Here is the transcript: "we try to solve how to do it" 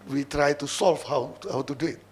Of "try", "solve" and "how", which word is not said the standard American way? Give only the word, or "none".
solve